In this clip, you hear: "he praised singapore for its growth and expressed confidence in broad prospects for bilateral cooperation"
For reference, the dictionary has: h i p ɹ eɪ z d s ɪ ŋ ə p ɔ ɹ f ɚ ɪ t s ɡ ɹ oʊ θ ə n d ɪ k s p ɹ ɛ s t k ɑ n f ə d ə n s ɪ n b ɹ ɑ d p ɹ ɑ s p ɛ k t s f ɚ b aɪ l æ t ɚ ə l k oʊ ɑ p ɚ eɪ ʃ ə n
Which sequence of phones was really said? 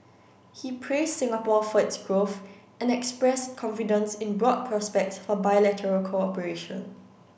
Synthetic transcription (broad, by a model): h i p ɹ eɪ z s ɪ ŋ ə p ɔ f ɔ ɪ t s ɡ ɹ oʊ θ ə n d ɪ k s p ɹ ɛ s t k ɑ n f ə d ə n s ɪ n b ɹ ɑ d p ɹ ɑ s p ɛ k t s f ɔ b aɪ l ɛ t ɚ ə l k oʊ ɑ p ɚ eɪ ʃ ə n